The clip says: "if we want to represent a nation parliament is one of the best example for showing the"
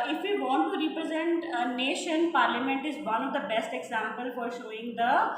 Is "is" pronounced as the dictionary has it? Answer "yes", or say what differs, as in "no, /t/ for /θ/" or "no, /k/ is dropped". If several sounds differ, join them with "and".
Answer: yes